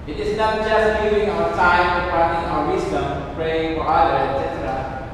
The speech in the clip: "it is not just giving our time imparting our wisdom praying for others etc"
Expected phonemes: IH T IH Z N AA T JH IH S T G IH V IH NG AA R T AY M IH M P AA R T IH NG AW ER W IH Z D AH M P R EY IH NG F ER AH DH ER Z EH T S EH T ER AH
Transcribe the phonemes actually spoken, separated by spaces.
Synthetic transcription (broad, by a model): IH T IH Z N AA T JH IH S T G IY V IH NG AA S AY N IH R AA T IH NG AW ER W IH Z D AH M P R EY IH NG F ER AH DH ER EH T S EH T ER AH